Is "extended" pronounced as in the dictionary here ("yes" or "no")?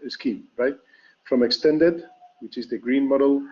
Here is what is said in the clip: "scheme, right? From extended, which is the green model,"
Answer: yes